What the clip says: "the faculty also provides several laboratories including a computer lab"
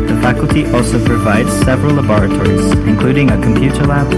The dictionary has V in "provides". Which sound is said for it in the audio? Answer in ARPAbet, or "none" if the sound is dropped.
V